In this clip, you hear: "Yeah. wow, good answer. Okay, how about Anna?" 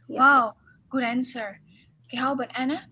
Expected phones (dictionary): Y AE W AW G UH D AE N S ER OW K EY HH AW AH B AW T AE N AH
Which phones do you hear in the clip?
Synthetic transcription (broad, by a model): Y W AW G UH D AE N S ER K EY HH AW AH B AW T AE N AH